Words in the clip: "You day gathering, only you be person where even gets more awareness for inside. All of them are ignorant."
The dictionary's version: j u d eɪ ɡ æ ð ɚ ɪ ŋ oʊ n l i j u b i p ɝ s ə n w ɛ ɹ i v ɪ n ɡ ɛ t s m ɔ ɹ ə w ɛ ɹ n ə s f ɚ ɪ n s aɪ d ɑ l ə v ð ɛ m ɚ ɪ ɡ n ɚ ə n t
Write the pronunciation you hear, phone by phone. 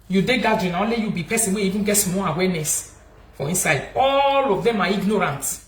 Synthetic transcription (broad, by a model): j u d eɪ ɡ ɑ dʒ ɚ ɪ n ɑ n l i j u b i p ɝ s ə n w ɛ i v ɪ n ɡ ɛ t m ɔ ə w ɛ n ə s f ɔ ɪ n s aɪ d ɑ l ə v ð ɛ m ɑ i ɡ n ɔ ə n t